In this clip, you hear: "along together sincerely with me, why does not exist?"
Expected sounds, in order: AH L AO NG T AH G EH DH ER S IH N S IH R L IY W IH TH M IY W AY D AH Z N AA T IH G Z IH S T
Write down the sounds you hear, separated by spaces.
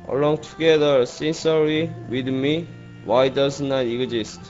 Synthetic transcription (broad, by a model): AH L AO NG T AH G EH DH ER S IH N S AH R IY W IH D M IY W AY D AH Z N AA T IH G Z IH S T